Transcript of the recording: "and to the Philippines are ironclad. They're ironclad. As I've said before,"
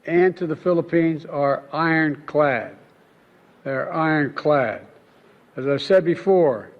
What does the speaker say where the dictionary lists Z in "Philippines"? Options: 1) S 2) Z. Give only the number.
2